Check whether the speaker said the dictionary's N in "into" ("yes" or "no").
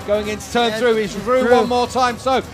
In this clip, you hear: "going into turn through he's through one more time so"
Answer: yes